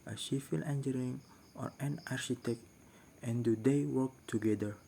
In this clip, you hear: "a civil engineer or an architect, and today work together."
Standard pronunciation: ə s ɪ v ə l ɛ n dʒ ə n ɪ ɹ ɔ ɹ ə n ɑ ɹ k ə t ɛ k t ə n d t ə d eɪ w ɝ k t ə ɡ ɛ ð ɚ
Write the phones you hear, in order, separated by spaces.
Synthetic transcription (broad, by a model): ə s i f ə l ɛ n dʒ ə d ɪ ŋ ɔ ɹ ə n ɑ ɹ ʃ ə t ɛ k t ə n d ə d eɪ w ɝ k t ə ɡ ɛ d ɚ